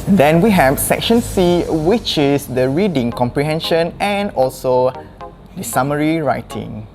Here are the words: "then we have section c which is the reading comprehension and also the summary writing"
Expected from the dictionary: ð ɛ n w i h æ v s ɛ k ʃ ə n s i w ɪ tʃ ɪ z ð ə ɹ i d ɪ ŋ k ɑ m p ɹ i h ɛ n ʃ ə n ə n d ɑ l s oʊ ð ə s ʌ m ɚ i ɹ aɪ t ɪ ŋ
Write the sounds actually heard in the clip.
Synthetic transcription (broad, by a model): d ɛ n w i h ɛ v s ɛ k ʃ ə n s i w ɪ tʃ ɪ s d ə ɹ i d ɪ ŋ k ɑ m p ɹ i h ɛ n ʃ ə n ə n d ɑ l s oʊ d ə s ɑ m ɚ i ɹ aɪ t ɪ ŋ